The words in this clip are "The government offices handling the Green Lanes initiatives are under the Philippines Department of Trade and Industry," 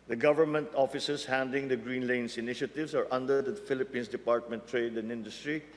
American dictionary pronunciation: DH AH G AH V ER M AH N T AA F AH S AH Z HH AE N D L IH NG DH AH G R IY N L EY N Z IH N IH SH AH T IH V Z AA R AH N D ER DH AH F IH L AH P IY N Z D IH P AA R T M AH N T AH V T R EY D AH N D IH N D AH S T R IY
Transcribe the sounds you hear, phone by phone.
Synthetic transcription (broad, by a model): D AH G AH V ER M AH N T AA F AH S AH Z HH AE N D L IH NG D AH G R IY N L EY N S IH N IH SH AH T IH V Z AA R AH N D ER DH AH F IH L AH P IY N S D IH P AA R T M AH N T T R EY D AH N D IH N D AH S T R IY